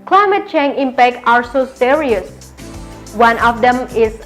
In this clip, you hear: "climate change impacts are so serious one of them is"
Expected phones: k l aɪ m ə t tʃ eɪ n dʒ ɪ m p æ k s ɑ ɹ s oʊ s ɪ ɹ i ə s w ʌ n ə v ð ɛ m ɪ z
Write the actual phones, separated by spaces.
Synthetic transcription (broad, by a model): k l aɪ m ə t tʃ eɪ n ɪ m p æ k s ɑ ɹ s oʊ s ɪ ɹ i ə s w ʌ n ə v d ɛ m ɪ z